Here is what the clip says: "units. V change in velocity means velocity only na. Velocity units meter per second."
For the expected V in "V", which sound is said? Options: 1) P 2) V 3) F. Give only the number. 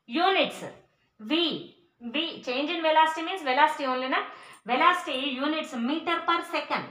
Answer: 2